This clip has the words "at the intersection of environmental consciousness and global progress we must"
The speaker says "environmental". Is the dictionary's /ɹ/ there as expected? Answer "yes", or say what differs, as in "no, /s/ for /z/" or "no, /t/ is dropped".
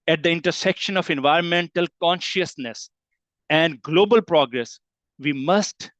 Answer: yes